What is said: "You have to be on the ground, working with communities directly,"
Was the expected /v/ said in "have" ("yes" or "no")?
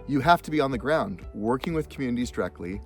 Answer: no